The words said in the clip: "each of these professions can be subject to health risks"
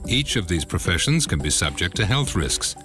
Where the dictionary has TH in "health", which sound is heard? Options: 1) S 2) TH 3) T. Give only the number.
2